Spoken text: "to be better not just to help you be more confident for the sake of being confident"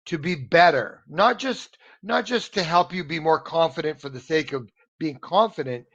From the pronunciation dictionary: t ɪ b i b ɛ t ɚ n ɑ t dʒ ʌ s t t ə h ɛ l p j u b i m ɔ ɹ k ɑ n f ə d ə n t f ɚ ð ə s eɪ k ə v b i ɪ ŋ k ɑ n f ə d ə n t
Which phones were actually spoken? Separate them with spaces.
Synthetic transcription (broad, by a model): t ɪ b i b ɛ t ɚ n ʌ t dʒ ʌ s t t ə h ɛ l p j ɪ b i m ɔ ɹ k ɑ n f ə d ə n t f ɚ ð ə s eɪ k ə v b i ɪ ŋ k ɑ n f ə d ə n t